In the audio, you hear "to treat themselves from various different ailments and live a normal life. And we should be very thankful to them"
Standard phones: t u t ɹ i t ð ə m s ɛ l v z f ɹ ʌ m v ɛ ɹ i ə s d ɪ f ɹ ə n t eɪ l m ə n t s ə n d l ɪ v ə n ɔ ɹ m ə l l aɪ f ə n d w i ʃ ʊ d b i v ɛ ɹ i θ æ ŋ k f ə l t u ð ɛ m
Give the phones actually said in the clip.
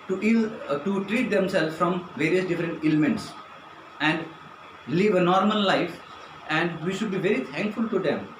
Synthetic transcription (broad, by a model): t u t ɹ i t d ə m s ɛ l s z f ɹ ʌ m v ɛ ɹ i ə s d ɪ f ɹ ə n t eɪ l m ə n t s ə n d l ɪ v ə n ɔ ɹ m ə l l aɪ f ə n d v i ʃ ʊ d b i v ɛ ɹ i t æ ŋ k f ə l t u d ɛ m